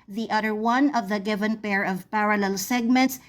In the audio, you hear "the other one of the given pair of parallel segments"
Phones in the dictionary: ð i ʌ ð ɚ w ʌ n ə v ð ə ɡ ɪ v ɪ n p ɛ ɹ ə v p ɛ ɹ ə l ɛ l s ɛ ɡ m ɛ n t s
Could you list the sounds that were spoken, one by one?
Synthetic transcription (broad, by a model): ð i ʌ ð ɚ w ʌ n ə v ð ə ɡ ɪ v ɪ n p ɛ ɹ ə v p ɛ ɹ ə l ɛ l s ɛ ɡ m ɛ n t s